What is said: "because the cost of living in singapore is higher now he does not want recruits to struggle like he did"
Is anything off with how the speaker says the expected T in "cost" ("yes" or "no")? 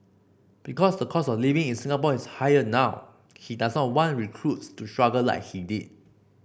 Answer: yes